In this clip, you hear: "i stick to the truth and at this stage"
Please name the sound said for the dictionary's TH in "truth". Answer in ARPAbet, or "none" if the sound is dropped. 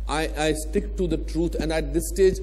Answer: T